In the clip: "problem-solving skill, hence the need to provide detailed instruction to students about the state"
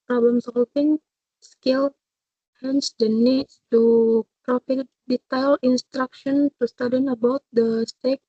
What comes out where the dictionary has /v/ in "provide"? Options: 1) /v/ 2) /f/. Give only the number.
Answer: 2